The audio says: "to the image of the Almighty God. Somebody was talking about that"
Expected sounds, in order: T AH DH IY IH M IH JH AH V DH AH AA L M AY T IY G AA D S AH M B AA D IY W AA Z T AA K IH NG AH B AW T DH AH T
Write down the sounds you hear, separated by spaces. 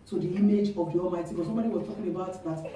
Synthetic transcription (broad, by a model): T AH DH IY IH M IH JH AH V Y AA M AY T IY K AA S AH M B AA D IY W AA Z T AA K IH NG AH B AW T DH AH T